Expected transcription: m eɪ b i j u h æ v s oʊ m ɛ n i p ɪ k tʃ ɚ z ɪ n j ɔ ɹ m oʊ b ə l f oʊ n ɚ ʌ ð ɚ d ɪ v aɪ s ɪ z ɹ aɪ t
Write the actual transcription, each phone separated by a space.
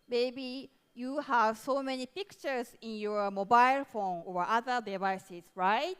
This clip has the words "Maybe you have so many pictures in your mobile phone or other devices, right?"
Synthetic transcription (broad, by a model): m eɪ b i j u h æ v s oʊ m ɛ n i p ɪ k tʃ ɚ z ɪ n j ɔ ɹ m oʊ b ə l f oʊ n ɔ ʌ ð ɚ d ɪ v aɪ s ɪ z ɹ aɪ t